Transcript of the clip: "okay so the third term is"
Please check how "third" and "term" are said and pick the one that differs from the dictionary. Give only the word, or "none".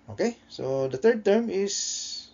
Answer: third